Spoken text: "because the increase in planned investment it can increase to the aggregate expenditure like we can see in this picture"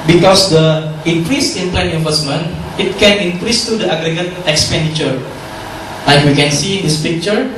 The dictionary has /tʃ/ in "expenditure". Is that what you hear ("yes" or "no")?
yes